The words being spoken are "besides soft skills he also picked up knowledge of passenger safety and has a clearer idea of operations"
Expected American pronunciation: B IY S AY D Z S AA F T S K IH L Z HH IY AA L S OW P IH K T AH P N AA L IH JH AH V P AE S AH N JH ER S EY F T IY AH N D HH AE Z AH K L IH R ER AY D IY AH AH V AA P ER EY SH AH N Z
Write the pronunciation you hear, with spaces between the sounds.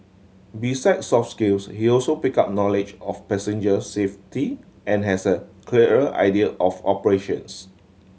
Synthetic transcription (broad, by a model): B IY S AY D S AA F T S K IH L S HH IY AA L S OW P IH K AA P N AA L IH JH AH F P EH S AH N JH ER S EY F T IY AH N HH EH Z AH K L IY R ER AY D IY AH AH F AA P ER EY SH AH N S